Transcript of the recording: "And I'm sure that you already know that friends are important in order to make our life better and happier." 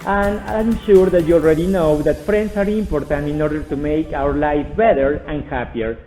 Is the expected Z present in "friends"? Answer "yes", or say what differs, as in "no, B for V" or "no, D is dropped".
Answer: no, S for Z